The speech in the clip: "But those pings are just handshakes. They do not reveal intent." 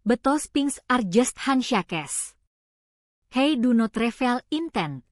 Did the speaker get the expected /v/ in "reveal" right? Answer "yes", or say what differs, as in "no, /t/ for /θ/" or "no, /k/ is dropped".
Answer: no, /f/ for /v/